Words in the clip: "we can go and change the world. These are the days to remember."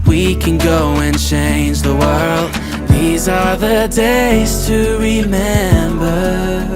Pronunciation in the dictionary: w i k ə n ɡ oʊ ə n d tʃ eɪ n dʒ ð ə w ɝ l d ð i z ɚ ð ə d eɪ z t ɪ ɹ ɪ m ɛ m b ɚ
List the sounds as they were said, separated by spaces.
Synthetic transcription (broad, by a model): w i k ə n ɡ oʊ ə n tʃ eɪ n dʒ ð ə w ɝ l d ð i z ɚ ð ə d eɪ z t ɪ ɹ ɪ m ɛ m b ɚ